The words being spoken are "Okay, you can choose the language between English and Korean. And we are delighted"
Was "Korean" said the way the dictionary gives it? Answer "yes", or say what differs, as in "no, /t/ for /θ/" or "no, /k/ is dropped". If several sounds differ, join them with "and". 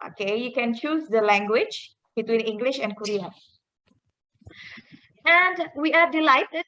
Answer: no, /n/ is dropped